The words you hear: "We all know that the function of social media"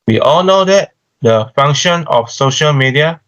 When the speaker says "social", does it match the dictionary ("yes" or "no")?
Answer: yes